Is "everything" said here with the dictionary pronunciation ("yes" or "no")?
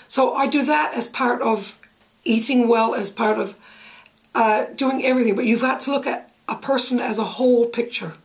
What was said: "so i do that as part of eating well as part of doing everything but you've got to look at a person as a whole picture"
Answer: yes